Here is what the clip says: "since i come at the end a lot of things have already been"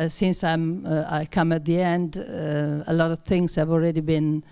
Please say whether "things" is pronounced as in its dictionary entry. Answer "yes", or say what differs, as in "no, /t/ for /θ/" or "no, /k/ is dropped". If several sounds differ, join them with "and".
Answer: yes